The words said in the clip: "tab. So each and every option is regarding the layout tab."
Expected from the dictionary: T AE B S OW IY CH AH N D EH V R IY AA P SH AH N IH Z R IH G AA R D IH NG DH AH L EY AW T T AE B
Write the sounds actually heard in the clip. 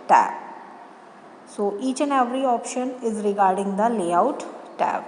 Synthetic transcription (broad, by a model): T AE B S OW IY CH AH N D EH V R IY AA P SH AH N IH Z R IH G AA R D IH NG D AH L EY AW T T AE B